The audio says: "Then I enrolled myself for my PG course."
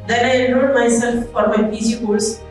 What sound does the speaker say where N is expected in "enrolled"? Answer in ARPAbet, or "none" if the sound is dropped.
none